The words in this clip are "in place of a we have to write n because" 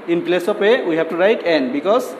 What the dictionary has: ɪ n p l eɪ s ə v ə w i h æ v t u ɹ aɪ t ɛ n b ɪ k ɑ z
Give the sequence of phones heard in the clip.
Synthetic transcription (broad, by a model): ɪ n p l eɪ s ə p ə w i h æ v t u ɹ aɪ t ɛ n b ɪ k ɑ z